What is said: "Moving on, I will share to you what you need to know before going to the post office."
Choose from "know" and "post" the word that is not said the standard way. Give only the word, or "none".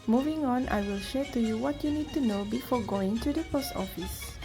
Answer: none